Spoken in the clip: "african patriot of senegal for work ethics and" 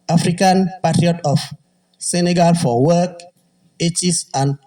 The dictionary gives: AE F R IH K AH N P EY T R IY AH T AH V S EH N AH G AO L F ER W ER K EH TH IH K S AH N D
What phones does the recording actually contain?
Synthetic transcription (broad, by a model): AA F R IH K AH N P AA T R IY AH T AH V S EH N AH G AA L F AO W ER K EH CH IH S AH N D